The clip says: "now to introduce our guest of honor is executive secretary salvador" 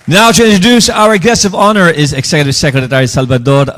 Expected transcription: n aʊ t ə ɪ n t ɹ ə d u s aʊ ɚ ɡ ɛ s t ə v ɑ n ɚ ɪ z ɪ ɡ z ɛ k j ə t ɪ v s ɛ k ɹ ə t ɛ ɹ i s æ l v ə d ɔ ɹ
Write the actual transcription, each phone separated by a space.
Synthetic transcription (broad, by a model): n aʊ t ə ɪ n t ɹ ə d u s aʊ ɚ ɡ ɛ s ə v ɑ n ɚ ɪ z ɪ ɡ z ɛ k j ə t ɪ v s ɛ k ɹ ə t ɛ ɹ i s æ l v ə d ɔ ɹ